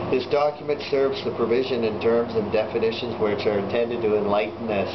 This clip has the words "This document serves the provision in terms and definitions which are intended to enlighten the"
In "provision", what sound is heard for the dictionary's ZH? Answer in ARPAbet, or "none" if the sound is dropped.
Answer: ZH